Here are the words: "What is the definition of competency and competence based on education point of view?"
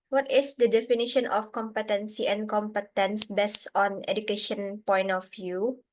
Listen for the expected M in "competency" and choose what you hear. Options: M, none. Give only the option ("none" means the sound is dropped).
M